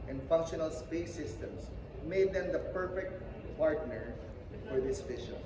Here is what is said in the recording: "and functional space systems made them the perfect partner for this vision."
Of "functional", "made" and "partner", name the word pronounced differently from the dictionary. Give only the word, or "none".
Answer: none